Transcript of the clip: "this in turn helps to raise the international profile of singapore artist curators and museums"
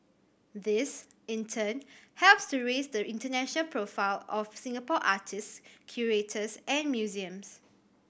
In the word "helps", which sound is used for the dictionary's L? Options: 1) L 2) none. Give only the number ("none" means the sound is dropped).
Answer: 1